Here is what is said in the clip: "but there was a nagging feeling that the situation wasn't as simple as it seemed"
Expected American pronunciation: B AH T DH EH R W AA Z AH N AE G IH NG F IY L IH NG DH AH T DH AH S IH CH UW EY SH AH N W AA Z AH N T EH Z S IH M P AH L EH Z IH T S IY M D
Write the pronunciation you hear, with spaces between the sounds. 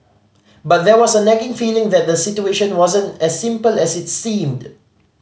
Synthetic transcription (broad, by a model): B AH T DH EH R W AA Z AH N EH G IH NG F IY L IH NG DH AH T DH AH S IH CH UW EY SH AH N W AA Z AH N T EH S IH M P AH L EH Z IH T S IY M D